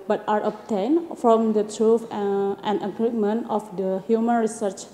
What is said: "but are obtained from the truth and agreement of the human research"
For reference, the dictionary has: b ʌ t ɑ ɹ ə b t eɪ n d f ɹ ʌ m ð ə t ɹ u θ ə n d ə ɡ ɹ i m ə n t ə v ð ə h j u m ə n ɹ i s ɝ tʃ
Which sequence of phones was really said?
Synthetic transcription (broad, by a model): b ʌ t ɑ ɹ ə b t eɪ n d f ɹ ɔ m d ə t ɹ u f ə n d ə ɡ ɹ i m ə n t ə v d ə h j u m ə n ɹ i s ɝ tʃ